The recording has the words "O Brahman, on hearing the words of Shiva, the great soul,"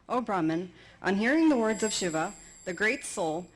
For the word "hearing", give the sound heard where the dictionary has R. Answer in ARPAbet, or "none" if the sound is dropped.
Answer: R